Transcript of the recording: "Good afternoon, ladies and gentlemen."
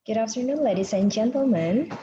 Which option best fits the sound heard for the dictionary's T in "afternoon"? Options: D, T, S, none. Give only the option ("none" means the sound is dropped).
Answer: S